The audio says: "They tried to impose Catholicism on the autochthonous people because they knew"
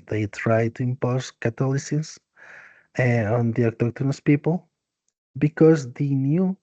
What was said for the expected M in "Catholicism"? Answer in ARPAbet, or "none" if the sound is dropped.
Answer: none